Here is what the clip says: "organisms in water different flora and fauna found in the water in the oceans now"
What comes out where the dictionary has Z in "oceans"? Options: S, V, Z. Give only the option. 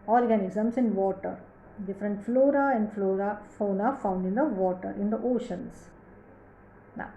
S